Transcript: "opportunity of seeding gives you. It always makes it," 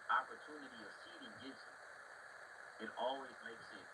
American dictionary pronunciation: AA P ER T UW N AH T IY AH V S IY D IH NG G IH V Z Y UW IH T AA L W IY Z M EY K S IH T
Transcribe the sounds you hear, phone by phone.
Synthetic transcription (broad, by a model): AA P ER T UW N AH T IY AH V S IY D IH NG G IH Z IH T AA L W IY Z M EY K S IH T